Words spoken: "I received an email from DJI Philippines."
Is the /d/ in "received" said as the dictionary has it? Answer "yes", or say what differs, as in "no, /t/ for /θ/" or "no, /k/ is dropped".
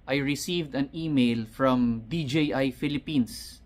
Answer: yes